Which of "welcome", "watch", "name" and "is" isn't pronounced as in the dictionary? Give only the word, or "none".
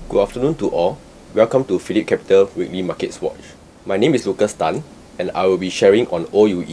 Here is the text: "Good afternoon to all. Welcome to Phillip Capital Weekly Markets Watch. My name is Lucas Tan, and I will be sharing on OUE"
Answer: is